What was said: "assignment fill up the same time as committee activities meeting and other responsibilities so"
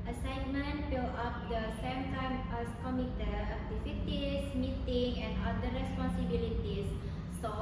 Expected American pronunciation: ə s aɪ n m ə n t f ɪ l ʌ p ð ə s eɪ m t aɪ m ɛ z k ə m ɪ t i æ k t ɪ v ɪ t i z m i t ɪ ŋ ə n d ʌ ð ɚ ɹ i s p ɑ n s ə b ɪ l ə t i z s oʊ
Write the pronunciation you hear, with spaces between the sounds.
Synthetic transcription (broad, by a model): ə s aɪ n m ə n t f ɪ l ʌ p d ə s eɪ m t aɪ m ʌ s k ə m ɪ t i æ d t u f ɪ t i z m i t ɪ ŋ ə n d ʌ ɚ ɹ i s p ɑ n s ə b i l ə t i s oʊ